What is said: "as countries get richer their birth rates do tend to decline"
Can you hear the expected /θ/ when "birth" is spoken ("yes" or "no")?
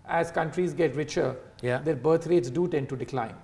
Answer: no